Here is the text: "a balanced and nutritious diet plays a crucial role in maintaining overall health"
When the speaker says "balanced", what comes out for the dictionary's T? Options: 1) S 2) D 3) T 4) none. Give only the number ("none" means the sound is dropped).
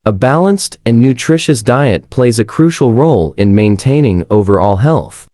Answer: 3